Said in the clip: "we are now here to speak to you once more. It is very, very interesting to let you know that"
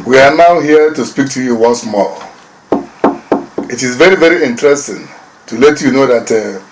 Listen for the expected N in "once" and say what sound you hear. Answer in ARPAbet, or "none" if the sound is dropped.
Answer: N